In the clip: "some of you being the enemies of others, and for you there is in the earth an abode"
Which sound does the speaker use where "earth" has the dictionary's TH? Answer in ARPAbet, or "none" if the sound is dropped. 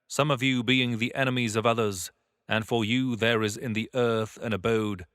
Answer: TH